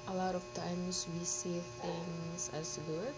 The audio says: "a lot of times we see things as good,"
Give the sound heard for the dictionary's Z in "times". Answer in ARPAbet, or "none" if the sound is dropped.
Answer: S